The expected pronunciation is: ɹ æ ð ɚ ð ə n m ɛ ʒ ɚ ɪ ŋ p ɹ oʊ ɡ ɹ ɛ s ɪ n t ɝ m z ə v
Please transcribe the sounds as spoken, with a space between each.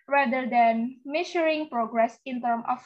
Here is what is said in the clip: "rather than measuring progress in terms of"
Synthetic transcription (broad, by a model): ɹ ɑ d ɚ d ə n m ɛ ʃ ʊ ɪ ŋ p ɹ oʊ ɡ ɹ ɛ s ɪ n t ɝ m ə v